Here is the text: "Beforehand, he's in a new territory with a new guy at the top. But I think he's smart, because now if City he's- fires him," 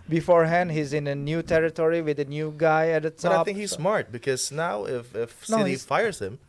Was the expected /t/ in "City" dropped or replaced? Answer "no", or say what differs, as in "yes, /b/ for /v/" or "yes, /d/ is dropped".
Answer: yes, /s/ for /t/